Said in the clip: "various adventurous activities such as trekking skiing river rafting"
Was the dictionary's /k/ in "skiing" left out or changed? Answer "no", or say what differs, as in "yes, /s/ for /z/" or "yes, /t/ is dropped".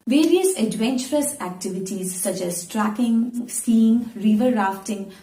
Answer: yes, /k/ is dropped